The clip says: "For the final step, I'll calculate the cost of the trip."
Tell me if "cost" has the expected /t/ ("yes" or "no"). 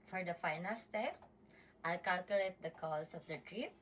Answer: no